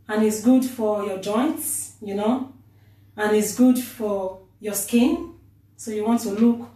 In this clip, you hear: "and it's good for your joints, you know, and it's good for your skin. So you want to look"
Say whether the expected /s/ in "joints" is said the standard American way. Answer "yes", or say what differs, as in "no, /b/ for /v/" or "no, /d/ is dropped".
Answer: yes